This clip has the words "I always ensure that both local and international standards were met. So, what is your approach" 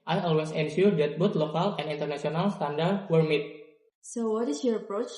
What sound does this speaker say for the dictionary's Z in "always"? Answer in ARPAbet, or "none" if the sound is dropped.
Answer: S